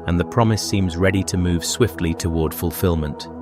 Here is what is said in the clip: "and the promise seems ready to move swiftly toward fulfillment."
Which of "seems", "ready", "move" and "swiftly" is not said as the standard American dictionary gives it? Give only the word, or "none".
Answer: none